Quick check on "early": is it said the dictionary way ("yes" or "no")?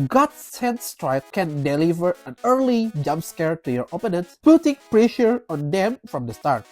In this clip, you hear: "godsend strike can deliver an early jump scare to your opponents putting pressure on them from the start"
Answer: yes